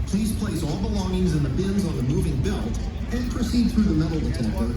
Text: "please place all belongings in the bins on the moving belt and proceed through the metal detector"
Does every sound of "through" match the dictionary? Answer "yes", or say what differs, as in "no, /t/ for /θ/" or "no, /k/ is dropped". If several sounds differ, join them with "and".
yes